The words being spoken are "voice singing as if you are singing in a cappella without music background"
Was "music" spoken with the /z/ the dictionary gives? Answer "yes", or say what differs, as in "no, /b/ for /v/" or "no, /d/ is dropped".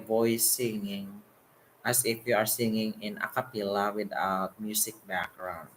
no, /s/ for /z/